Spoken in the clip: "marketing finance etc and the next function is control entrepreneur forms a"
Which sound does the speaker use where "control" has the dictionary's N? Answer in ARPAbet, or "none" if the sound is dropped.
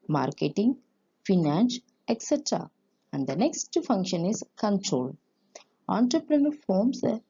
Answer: N